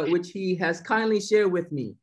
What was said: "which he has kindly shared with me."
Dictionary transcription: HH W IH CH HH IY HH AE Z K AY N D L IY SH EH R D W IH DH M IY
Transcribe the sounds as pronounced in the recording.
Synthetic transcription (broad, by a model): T W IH CH HH IY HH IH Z K AY N D L IY SH EH R D W IH DH M IY